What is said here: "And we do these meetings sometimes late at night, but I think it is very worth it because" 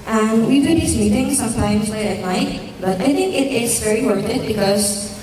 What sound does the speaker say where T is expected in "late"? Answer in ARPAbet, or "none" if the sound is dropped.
none